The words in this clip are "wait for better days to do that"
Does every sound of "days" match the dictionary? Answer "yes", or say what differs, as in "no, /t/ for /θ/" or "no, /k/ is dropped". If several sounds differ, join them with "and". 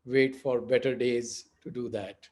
yes